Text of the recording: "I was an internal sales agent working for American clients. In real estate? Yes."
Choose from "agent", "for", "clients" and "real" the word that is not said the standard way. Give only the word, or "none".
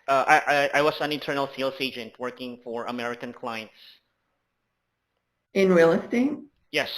none